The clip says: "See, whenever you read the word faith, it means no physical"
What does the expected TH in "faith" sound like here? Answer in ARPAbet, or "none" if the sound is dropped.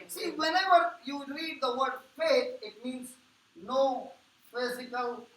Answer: T